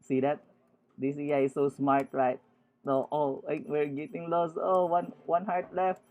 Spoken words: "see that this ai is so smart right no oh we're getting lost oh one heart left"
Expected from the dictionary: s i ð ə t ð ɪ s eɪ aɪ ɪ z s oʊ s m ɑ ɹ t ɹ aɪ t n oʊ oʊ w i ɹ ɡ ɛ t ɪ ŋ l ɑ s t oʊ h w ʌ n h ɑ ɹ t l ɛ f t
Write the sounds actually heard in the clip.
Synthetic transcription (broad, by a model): s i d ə t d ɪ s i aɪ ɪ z s oʊ s m ɑ ɹ t ɹ aɪ t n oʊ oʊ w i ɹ ɡ ɛ t ɪ ŋ l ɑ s oʊ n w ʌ n h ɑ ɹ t l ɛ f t